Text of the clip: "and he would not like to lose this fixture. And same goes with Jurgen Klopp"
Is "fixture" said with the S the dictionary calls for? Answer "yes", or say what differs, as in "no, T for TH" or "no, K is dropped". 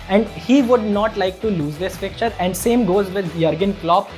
no, S is dropped